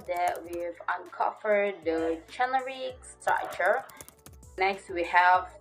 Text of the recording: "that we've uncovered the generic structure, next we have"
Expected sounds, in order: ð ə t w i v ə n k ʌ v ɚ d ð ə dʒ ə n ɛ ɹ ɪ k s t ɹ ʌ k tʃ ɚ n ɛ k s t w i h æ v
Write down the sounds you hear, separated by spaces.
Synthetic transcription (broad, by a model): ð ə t w i v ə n k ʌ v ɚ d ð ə tʃ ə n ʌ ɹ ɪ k s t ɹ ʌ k tʃ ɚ n ɛ k s t w i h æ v